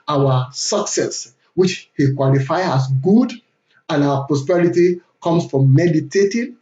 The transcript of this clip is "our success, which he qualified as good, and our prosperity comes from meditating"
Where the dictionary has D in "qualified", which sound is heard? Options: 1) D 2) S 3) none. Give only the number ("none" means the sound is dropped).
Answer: 3